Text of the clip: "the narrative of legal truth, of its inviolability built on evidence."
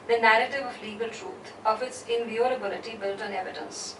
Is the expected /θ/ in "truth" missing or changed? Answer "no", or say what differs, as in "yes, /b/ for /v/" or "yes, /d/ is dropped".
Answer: yes, /t/ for /θ/